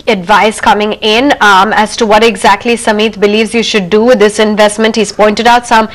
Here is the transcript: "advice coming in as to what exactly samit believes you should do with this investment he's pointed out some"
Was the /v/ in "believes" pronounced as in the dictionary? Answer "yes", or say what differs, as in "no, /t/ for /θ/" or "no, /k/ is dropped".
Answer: yes